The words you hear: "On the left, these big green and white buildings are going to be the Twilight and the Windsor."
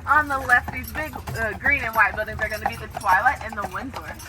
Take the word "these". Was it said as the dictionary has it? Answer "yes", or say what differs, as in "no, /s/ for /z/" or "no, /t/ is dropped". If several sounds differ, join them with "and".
yes